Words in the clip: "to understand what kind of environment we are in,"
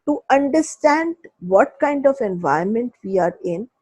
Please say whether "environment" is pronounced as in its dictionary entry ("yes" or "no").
no